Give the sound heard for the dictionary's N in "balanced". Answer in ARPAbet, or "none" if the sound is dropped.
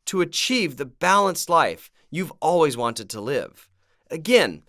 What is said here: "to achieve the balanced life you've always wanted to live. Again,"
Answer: N